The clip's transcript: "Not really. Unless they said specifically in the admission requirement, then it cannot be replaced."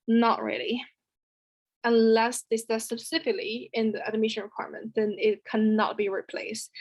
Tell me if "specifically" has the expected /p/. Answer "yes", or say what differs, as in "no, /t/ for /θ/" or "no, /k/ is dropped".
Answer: no, /p/ is dropped